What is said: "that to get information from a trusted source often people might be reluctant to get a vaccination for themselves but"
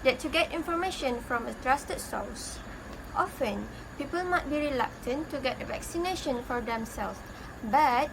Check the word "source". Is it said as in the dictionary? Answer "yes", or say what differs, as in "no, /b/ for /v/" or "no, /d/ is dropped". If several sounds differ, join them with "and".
no, /l/ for /ɹ/